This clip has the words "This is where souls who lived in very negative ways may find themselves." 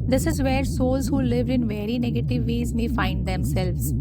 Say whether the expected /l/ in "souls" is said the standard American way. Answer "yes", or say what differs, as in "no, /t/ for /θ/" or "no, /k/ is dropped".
yes